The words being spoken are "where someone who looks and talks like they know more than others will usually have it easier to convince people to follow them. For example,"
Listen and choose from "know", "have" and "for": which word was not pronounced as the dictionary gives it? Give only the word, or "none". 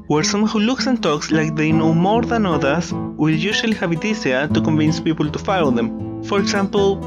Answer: have